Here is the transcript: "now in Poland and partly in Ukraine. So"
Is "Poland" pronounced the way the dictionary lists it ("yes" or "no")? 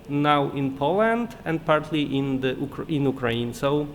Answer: yes